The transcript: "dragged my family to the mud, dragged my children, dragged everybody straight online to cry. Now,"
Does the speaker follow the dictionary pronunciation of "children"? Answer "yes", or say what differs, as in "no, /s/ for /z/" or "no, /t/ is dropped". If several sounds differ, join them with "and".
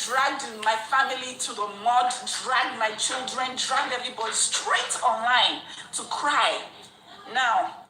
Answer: yes